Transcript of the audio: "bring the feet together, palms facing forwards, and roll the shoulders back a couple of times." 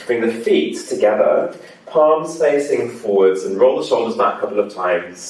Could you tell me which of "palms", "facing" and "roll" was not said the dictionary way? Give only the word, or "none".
none